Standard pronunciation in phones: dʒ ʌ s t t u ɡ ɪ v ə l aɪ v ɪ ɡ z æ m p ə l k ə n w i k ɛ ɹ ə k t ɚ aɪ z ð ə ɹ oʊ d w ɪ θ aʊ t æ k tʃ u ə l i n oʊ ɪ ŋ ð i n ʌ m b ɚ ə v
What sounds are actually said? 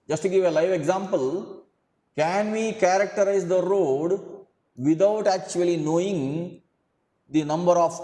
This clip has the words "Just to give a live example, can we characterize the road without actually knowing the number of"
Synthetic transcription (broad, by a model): dʒ ʌ s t t u ɡ ɪ v ə l aɪ v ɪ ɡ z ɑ m p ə l k ə n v i k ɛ ɹ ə k t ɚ aɪ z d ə ɹ oʊ d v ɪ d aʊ t æ k tʃ u ə l i n oʊ ɪ ŋ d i n ʌ m b ɚ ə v